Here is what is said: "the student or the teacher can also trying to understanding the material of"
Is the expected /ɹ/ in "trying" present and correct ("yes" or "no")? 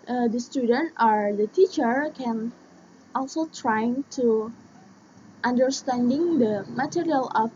yes